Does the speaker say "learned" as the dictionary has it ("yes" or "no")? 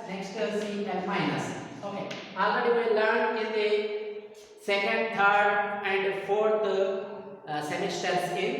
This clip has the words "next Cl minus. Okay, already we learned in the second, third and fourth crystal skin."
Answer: no